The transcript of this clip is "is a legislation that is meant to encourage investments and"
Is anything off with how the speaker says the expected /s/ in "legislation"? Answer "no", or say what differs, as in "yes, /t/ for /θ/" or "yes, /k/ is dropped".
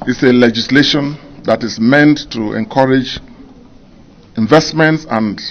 no